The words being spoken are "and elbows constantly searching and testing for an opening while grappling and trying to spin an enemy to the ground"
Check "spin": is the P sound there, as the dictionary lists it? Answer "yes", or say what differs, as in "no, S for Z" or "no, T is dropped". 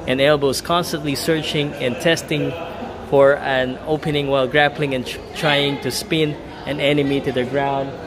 yes